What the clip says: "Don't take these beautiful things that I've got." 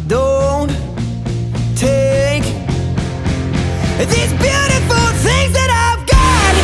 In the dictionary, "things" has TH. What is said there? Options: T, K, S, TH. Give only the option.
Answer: TH